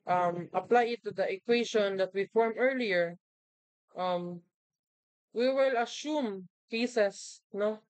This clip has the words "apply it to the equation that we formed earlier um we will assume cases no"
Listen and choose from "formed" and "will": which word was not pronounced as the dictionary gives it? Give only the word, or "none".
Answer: formed